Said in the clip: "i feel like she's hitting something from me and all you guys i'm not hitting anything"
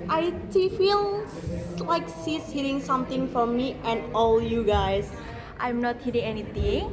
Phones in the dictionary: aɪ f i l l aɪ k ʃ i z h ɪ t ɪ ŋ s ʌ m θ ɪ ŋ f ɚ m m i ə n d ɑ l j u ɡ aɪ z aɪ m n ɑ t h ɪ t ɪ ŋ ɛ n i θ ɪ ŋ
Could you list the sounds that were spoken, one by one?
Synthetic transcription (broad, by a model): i f i l l aɪ k s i s h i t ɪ ŋ s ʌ m t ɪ ŋ f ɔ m m i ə n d ɑ l j u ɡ aɪ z aɪ m n ɑ t h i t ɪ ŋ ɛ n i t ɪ ŋ